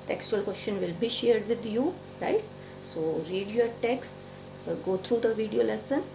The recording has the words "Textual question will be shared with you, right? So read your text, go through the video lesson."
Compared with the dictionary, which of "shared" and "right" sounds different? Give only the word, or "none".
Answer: none